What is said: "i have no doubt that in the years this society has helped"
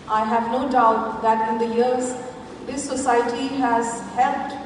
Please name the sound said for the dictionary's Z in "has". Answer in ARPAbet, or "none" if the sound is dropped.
Z